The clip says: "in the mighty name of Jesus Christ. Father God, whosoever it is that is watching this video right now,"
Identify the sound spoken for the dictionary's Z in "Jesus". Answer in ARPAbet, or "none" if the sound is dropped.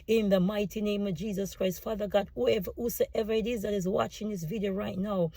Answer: Z